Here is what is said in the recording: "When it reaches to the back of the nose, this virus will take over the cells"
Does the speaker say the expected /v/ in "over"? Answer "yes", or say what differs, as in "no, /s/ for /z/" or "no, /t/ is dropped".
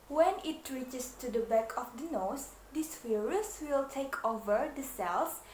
yes